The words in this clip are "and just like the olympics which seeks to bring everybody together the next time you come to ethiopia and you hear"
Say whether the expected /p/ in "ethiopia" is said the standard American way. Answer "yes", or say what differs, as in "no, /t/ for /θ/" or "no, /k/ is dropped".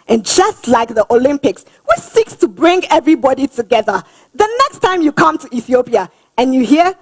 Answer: yes